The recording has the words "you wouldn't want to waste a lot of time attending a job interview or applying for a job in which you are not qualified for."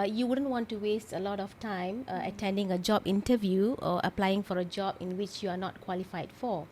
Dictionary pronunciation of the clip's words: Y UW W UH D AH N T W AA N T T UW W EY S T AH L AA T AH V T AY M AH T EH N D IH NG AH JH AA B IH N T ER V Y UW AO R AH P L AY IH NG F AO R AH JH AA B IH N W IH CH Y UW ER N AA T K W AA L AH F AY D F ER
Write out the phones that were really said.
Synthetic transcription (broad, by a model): Y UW W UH D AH N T W AA N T T UW W EY S T AH L AA T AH F T AY M AH T EH N D IH NG AH JH AA B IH N T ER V Y UW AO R AH P L AY IH NG F AO R AH JH AA B IH N W IH CH Y UW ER N AA T K W AA L AH F AY D F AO